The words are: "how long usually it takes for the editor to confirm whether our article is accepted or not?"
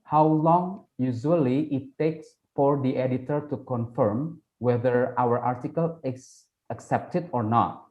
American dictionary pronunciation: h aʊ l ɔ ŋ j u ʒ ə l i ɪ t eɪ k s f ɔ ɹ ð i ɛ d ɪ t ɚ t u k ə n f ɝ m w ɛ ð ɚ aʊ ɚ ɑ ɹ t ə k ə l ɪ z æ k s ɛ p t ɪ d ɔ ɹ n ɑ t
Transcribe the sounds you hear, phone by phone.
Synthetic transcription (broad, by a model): h aʊ l ɔ ŋ j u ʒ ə l i ɪ t eɪ k s f ɔ ɹ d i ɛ d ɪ t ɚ t u k ə n f ɝ m w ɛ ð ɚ aʊ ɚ ɑ ɹ t ə k ə l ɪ s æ k s ɛ p t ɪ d ɔ ɹ n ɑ t